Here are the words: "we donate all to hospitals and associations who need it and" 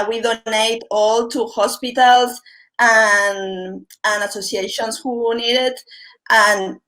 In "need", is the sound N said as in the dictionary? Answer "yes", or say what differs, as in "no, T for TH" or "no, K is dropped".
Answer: yes